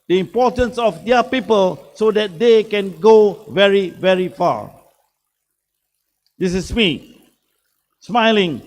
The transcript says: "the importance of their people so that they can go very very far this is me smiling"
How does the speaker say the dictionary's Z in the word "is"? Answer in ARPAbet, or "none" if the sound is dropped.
S